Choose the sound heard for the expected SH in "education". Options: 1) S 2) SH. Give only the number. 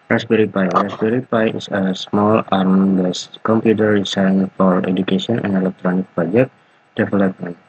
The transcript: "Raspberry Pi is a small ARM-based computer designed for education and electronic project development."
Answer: 1